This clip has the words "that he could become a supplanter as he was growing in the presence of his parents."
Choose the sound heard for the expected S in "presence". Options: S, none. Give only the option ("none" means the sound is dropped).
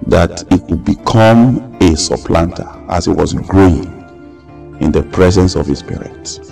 S